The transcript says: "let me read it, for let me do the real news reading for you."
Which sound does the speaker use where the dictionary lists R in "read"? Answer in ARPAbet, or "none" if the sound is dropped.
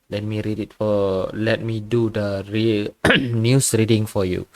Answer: R